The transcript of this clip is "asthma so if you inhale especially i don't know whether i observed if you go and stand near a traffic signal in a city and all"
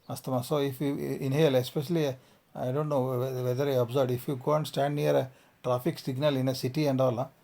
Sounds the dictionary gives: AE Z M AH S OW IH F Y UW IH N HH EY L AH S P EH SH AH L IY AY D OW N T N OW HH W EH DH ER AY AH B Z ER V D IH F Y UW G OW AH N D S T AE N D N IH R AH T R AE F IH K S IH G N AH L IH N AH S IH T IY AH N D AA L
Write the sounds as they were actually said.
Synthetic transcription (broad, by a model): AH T M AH S OW IH F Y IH N HH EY L AH S P EH SH AH L IY AY D OW N T N OW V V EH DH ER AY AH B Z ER D IH F Y UW G OW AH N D S T AE N D N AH R AH T R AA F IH K S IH G N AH L IH N AH S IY T IY AH N D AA L